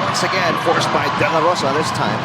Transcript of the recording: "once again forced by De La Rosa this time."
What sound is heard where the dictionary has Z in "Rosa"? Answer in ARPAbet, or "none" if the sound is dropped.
S